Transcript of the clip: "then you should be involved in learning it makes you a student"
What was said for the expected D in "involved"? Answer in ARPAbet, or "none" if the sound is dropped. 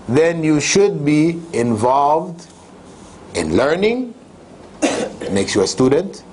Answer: D